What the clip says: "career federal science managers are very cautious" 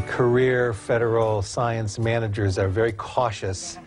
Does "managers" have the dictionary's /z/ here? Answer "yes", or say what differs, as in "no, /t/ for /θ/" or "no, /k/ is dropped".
yes